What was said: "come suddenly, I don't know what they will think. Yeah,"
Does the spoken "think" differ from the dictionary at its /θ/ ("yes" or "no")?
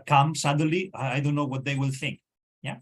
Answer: no